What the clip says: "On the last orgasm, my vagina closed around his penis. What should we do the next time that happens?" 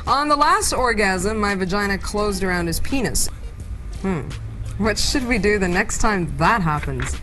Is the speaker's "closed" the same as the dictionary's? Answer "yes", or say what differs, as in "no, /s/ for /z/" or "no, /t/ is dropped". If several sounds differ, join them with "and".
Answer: yes